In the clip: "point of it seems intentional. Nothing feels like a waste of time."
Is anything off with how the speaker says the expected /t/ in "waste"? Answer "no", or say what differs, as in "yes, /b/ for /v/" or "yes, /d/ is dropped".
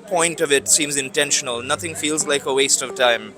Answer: no